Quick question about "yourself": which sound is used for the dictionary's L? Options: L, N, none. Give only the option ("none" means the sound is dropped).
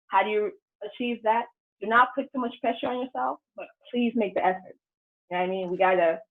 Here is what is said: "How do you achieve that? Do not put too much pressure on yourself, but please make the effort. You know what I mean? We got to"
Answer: L